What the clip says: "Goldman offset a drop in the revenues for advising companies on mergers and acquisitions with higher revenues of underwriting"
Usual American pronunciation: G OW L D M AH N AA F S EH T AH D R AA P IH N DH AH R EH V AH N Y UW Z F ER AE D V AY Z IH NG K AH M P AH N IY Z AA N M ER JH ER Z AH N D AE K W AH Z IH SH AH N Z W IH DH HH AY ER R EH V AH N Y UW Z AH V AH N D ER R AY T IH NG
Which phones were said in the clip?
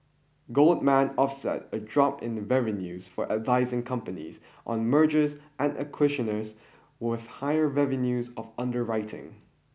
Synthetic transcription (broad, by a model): G OW L D M AH N AA F S EH T AH D R AA P IH N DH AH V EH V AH N Y UW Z F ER AE D V AY Z IH NG K AH M P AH N IY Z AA N M ER JH ER Z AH N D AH K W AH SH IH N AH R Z W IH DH HH AY ER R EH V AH N Y UW Z AH V AH N D ER R AY T IH NG